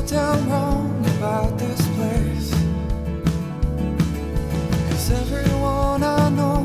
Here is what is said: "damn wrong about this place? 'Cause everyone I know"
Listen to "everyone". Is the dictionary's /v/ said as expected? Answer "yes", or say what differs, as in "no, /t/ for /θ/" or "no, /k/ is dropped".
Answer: yes